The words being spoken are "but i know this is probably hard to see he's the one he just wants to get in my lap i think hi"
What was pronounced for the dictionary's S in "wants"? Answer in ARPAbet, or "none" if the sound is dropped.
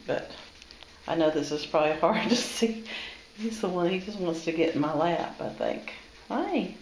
S